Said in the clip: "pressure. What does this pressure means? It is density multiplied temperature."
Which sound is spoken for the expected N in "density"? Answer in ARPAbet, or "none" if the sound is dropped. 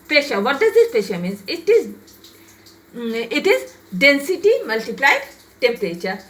N